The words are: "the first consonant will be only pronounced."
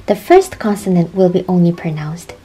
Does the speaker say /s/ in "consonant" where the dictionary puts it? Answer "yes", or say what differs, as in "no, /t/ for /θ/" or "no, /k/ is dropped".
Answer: yes